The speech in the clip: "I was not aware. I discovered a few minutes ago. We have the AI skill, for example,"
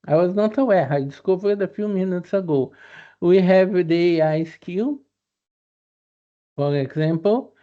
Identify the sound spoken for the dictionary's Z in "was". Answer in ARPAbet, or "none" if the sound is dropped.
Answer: Z